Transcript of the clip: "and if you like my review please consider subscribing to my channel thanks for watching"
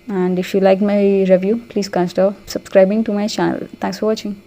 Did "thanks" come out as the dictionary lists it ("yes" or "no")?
no